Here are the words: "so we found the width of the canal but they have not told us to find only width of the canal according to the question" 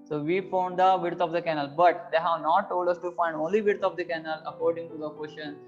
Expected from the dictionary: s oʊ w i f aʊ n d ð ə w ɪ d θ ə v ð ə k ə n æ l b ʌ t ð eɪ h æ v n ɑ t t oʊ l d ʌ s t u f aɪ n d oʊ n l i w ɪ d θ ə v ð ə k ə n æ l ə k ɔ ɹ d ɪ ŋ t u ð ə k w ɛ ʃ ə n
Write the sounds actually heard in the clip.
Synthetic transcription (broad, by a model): s oʊ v i f aʊ n d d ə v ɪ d t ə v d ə k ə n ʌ l b ʌ t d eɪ h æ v n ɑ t t oʊ l d ʌ s t u f aɪ n d oʊ n l i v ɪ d t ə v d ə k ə n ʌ l ə k ɔ ɹ d ɪ ŋ t u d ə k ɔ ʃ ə n